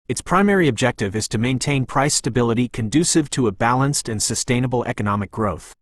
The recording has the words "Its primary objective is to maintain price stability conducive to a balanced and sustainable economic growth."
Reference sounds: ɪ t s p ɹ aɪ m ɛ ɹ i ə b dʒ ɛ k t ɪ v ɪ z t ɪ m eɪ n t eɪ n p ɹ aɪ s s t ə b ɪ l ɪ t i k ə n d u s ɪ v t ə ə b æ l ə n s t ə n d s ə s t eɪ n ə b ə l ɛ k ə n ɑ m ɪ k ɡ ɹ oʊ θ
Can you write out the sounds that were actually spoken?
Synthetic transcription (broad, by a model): ɪ t s p ɹ aɪ m ɛ ɹ i ə b dʒ ɛ k t ɪ v ɪ z t ɪ m eɪ n t eɪ n p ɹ aɪ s s t ə b ɪ l ɪ t i k ə n d u s ɪ v t ə ə b æ l ə n s t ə n s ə s t eɪ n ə b l ɛ k ə n ɑ m ɪ k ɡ ɹ oʊ θ